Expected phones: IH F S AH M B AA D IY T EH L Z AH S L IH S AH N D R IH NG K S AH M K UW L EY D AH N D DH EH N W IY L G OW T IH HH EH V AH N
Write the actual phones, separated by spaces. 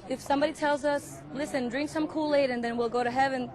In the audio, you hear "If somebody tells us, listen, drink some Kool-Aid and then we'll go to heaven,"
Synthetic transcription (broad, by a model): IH F S AH M B AA D IY T EH L Z AH S L IH S AH N D R IH NG K S AH M K UW L EY D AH N DH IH N W IY L G OW T IH HH EH V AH N